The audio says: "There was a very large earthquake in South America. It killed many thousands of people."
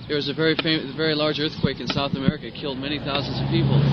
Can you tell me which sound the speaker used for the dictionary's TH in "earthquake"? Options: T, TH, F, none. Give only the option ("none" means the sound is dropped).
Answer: TH